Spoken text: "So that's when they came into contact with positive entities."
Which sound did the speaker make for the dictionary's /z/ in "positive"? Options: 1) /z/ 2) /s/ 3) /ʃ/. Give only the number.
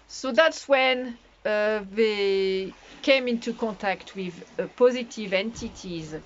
1